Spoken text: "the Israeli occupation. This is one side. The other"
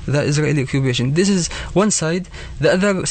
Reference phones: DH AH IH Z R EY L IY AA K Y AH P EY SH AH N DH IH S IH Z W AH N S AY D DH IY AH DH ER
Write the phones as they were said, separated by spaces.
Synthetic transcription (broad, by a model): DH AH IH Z R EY L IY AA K Y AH B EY SH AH N DH IH S IH Z W AH N S AY D DH IY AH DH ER